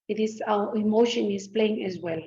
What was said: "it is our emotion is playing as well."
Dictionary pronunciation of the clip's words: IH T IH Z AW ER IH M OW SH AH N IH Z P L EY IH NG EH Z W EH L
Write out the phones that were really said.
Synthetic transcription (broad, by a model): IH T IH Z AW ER IH M OW SH AH N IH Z P L EY IH NG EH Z W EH L